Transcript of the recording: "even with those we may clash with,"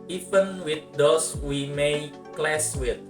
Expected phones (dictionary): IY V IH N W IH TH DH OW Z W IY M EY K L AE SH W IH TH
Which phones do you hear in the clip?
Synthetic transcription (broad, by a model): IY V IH N W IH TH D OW S W IY M EY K L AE S W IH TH